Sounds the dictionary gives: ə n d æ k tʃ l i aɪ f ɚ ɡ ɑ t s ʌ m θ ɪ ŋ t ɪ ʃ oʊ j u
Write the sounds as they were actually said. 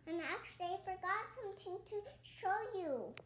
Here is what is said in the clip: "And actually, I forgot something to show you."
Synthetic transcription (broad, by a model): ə n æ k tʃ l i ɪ f ɚ ɡ ɑ t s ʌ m t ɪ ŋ t ɪ ʃ oʊ j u